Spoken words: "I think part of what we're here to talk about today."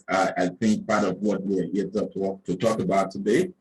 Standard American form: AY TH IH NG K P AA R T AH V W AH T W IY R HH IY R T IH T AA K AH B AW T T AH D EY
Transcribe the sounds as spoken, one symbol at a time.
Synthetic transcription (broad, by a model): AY TH IH NG K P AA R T AH V W AH T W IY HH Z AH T T IH T AA K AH B AW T T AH D EY